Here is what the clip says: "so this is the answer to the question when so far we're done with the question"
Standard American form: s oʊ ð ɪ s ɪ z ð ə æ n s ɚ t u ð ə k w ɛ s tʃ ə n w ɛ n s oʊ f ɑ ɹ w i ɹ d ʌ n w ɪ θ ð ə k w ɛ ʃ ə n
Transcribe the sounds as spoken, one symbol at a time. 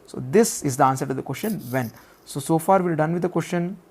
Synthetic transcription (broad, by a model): s oʊ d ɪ s ɪ z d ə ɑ n s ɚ t u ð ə k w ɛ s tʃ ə n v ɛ n s oʊ f ɑ ɹ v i l d ʌ n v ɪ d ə k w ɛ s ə n